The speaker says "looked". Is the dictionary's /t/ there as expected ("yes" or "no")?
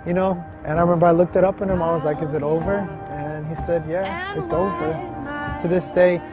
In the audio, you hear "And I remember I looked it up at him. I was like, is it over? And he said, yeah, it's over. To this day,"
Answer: yes